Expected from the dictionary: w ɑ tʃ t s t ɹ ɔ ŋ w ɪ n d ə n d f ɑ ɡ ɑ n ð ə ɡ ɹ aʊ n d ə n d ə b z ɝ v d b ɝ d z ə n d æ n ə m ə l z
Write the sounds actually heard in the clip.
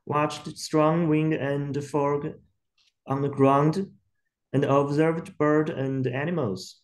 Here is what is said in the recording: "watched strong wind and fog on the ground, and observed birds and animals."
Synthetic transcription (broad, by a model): w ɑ tʃ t s t ɹ ɔ ŋ w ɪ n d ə n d f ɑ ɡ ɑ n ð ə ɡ ɹ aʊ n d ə n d ə b z ɝ v d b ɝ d ə n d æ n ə m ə l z